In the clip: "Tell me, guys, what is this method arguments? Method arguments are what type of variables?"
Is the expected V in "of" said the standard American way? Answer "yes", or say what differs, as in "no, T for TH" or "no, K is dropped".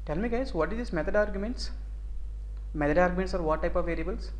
yes